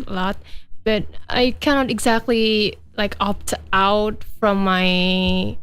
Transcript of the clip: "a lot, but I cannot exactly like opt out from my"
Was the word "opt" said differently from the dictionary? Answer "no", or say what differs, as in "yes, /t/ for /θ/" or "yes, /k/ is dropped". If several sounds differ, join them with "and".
no